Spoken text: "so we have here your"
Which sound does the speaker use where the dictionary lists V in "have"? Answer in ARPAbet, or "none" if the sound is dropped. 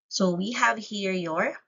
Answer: V